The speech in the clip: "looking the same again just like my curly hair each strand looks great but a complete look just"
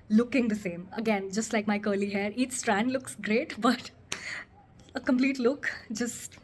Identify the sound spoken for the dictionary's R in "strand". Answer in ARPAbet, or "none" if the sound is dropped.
R